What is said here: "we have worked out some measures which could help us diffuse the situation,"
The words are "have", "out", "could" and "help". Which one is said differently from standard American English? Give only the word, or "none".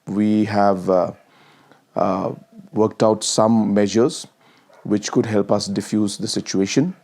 none